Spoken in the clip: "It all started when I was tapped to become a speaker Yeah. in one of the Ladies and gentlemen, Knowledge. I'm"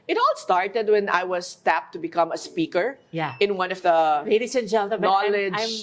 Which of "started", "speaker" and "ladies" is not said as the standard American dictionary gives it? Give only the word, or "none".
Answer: ladies